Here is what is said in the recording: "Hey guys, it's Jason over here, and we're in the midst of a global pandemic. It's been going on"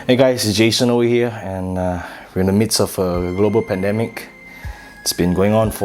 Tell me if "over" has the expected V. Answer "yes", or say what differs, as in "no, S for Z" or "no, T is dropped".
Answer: no, W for V